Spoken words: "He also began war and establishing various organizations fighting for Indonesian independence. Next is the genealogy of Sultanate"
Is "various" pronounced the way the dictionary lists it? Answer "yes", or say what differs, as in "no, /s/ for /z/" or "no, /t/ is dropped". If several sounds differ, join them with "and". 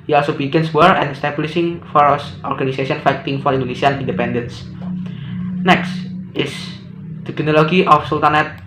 no, /f/ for /v/